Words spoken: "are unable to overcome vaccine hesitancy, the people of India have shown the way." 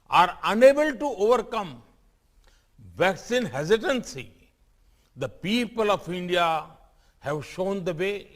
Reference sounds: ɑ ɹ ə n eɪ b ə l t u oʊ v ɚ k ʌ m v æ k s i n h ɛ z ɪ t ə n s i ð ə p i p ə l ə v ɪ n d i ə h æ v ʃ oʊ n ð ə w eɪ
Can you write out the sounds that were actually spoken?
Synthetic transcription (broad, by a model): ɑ ɹ ə n eɪ b ə l t u oʊ v ɚ k ʌ m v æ k s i n h ɛ z ɪ t ə n s i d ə p i p ə l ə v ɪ n d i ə h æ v ʃ oʊ n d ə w eɪ